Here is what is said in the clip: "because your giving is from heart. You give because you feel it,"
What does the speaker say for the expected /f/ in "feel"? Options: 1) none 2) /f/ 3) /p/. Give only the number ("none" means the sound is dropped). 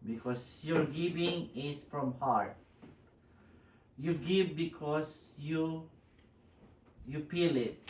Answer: 3